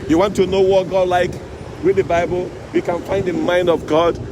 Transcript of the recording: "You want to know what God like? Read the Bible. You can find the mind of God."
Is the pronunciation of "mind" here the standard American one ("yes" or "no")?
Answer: yes